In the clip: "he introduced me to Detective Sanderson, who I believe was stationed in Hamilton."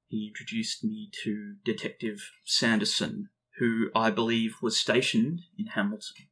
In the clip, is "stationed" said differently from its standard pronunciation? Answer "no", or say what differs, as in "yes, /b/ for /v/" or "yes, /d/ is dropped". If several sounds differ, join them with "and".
no